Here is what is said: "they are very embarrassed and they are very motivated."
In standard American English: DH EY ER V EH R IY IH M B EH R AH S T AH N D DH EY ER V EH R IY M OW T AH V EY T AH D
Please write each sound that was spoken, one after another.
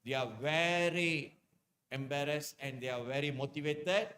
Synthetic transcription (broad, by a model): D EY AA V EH R IY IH M B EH R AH S AH N D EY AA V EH R IY M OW T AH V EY T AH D